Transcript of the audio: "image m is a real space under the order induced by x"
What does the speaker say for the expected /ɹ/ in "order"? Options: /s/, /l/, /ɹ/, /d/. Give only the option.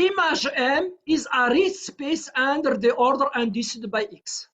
/ɹ/